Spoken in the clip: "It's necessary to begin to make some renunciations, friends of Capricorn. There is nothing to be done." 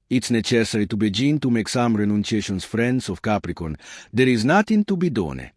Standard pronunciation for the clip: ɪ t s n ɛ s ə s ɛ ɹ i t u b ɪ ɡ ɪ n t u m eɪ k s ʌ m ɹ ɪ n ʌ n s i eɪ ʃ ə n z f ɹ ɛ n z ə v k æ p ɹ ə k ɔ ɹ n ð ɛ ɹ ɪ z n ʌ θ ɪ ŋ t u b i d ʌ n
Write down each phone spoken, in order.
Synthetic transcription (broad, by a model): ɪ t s n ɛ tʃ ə s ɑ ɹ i t u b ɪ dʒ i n t u m eɪ k s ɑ m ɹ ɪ n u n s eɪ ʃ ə n s f ɹ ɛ n s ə f k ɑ p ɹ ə k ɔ n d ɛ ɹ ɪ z n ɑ t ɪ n t u b i d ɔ n